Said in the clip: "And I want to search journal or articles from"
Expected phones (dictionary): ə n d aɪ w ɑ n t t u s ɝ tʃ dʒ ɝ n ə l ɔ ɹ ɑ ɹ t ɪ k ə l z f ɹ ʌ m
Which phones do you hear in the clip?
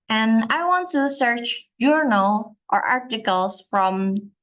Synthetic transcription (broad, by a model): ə n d aɪ w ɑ n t t u s ɝ tʃ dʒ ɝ n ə l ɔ ɹ ɑ ɹ t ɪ k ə l s f ɹ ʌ m